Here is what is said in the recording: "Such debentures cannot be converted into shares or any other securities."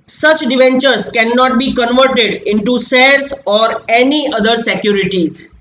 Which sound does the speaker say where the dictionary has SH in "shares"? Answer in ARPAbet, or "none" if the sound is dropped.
S